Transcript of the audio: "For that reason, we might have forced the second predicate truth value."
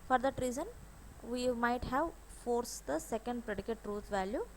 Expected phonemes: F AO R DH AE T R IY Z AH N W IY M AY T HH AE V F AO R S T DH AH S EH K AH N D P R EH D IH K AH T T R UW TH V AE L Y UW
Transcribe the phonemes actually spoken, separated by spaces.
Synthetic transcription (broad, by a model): F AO R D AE T R IY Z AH N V IY M AY T HH AE V F AO R S T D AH S EH K AH N D P R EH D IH K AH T T R UW T V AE L Y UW